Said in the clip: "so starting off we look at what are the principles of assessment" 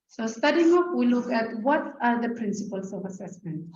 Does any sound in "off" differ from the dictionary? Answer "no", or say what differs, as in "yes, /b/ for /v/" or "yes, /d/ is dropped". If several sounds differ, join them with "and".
yes, /p/ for /f/